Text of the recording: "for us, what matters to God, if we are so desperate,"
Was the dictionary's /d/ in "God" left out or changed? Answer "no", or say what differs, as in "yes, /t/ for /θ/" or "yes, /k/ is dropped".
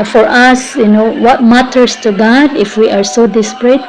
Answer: no